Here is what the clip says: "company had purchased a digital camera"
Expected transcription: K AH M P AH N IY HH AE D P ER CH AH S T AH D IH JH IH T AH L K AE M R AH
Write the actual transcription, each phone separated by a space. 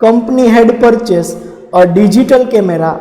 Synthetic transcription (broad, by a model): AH M P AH N IY HH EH D P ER CH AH S AH D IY JH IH T AH L K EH M R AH